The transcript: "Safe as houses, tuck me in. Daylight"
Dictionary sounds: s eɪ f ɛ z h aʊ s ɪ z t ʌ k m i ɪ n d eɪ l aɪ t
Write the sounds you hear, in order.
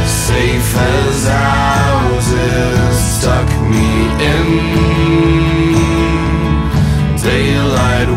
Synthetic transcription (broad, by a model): s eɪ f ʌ z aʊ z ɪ s t ʌ k m i ɪ n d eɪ l aɪ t